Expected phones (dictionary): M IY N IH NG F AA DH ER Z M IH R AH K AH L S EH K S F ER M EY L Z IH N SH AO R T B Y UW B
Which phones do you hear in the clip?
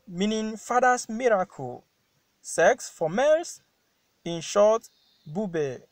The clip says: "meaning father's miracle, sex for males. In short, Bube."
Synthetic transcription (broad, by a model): M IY N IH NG F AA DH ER S M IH R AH K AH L S EH K S F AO M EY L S IH N SH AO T B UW B